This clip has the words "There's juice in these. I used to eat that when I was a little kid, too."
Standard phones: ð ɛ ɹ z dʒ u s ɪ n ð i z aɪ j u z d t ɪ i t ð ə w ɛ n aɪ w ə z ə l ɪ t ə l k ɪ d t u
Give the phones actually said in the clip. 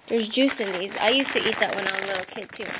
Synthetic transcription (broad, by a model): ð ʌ ɹ z dʒ u s ɪ n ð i z aɪ j u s t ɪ i t ð ə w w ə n ə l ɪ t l k ɪ d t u